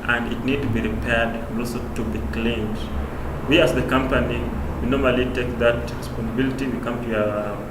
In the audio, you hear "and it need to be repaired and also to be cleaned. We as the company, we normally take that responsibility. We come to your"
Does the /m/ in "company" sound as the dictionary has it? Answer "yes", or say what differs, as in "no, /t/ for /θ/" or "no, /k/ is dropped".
yes